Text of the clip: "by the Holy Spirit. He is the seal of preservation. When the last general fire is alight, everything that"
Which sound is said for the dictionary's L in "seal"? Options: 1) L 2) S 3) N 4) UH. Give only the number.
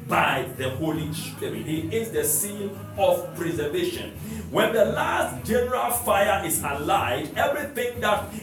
3